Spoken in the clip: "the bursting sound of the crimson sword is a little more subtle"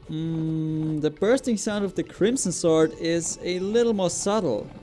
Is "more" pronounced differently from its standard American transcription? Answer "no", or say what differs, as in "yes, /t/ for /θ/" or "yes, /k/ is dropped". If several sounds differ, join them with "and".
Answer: no